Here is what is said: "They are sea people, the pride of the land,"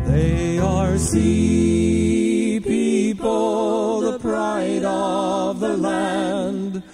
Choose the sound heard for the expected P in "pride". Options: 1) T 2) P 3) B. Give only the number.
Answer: 2